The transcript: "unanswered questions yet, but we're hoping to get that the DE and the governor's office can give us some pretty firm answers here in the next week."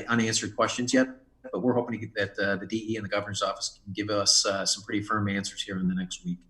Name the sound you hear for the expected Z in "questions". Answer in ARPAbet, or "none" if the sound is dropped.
Z